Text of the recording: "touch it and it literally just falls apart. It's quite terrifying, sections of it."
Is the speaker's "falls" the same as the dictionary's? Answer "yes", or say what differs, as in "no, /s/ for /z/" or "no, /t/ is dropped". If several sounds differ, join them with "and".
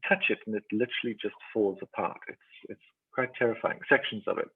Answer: yes